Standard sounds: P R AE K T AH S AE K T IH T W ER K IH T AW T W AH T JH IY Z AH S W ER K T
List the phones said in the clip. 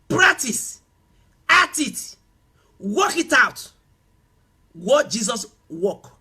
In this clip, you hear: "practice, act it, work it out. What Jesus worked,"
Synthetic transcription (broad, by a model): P R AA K T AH S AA T IH T W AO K IH T AW T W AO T JH IY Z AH S W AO K